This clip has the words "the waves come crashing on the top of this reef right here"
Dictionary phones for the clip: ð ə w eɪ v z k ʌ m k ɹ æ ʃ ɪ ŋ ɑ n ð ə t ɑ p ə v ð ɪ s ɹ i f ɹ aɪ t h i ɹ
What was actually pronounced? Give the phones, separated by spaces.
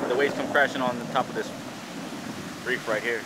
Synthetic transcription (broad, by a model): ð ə w eɪ z k ʌ m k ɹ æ ʃ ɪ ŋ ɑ n ð ə t ɑ p ə v ð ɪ s ɹ i f ɹ aɪ t h i ɹ